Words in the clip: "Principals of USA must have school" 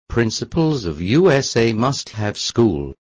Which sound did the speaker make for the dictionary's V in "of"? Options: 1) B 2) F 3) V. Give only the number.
3